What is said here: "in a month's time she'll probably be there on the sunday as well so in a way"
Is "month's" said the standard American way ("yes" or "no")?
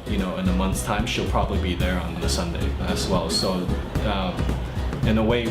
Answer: yes